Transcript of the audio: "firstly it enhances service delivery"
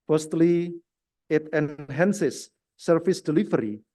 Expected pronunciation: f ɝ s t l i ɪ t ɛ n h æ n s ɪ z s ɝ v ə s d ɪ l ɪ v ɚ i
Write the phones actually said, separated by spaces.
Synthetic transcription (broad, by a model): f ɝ s t l i ɪ t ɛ n h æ n s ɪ s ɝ f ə s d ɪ l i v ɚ i